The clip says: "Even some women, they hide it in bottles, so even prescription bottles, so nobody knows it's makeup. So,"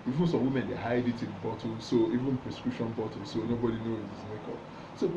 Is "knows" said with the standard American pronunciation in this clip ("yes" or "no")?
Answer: no